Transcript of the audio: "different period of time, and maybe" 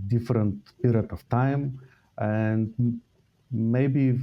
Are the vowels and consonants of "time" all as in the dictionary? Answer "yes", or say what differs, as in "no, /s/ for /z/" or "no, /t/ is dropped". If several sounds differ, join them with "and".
yes